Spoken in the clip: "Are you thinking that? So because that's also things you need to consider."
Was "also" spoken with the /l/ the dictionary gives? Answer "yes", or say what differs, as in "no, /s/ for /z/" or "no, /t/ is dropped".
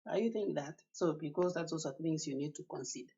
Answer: no, /l/ is dropped